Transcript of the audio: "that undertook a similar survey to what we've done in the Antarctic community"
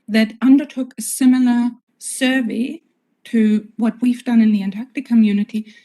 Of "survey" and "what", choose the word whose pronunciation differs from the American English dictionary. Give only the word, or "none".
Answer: none